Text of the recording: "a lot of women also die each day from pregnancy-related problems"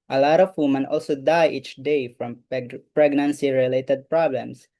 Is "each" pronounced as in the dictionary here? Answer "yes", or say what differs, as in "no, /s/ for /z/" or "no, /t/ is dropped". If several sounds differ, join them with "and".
yes